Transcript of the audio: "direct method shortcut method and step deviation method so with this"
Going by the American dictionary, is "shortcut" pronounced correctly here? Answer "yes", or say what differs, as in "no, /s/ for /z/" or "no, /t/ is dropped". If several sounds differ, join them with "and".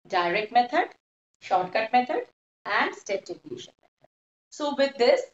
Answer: yes